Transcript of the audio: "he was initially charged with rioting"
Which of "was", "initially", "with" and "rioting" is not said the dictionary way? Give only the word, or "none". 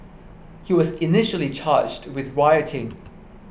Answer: none